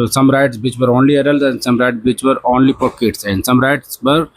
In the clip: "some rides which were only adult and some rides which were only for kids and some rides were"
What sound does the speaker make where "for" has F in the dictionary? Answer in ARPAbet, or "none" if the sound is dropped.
P